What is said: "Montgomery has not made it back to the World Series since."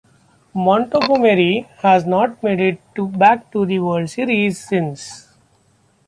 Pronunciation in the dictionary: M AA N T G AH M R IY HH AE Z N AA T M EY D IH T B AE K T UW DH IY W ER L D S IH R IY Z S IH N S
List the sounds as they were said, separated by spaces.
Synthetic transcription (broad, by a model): M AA N T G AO M R IY HH AE Z N AA T M EY D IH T B AE K T UW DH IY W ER D S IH R IY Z S IH N S